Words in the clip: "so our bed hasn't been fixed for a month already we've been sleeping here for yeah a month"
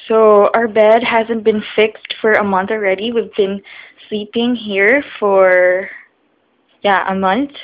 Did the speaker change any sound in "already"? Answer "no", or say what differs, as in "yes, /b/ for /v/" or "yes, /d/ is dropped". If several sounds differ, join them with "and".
no